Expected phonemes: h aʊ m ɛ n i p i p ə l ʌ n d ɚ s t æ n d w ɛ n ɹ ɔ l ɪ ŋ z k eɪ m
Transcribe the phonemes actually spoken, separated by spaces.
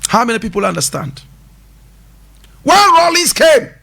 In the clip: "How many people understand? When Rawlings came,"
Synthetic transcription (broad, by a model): h aʊ m ɛ n i p i p ə l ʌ n d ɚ s t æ n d w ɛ l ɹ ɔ l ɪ z k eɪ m